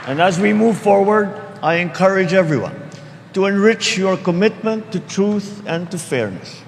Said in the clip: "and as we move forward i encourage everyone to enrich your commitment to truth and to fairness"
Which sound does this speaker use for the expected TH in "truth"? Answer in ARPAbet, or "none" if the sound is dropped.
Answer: TH